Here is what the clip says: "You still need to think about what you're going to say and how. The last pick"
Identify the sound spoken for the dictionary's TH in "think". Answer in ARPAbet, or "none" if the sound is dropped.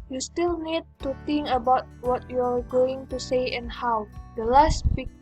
T